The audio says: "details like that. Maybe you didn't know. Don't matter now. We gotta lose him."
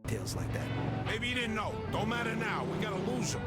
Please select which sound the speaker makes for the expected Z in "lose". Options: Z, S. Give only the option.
Z